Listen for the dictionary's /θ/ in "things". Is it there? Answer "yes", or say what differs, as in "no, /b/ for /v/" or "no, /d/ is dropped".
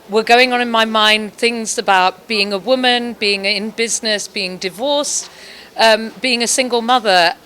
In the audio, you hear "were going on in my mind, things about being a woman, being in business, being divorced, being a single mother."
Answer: yes